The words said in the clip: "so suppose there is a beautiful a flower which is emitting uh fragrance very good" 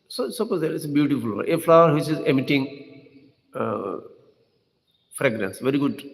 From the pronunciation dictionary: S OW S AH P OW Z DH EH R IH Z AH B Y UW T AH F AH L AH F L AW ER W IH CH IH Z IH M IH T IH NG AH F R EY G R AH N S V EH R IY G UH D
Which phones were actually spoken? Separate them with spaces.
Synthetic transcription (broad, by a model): S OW S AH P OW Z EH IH S AH B Y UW T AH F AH L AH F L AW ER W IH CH IH Z IH M IH T IH NG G F R EY G R AH N S V EH R IY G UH D